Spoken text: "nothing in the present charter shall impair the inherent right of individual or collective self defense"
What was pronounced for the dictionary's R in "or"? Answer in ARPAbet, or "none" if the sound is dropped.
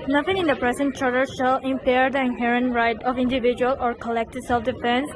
R